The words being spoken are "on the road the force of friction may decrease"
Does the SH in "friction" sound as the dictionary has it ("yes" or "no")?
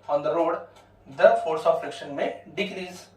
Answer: yes